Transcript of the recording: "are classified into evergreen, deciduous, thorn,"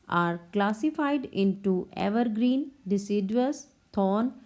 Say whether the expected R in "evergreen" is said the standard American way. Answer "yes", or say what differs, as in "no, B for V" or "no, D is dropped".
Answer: yes